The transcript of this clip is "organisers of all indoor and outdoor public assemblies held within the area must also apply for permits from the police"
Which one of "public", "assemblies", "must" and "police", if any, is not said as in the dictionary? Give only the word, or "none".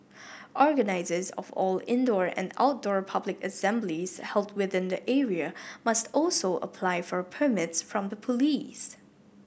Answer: none